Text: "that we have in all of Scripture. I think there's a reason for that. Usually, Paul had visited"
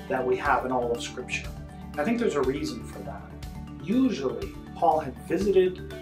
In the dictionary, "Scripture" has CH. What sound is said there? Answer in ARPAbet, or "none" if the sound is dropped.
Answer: SH